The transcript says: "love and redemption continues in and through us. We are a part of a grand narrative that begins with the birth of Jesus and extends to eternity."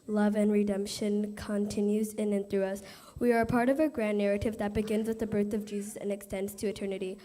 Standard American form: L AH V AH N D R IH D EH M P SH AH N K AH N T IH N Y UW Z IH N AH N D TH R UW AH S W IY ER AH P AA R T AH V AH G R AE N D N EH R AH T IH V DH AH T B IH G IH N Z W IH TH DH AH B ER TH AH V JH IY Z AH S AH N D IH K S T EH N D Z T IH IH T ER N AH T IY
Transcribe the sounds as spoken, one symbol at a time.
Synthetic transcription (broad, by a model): L AH V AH N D R IH D EH M P SH AH N K AH N T IH N Y UW Z IH N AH N TH R UW AH S W IY ER AH P AA R T AH V AH G R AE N N EH R AH T IH V DH AH T B IH G IH N Z W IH DH AH B ER TH AH V JH IY Z AH S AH N IH K S T EH N D Z T IH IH T ER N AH T IY